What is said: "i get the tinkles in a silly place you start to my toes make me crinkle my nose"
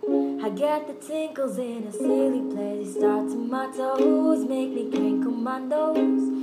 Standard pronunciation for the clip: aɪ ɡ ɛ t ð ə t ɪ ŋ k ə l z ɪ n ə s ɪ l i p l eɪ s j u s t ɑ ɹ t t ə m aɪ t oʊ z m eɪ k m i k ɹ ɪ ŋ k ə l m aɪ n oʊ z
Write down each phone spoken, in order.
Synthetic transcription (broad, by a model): aɪ ɡ ɛ t ð ə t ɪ ŋ k l z ɪ n ə s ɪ l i p l eɪ s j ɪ s t ɑ ɹ t s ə m aɪ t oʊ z m eɪ k m i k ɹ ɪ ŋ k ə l m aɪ n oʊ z